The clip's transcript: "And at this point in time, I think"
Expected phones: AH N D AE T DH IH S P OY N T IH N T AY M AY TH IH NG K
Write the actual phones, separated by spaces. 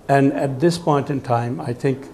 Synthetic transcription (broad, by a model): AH N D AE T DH IH S P OY N T IH N T AY M AY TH IH NG K